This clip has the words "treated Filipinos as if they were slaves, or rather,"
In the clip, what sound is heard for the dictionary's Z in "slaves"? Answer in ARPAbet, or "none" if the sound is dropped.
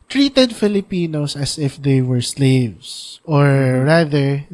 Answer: S